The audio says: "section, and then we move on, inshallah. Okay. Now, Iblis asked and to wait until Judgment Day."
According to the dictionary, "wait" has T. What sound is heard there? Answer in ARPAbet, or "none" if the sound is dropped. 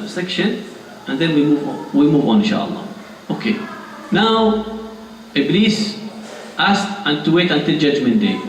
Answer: T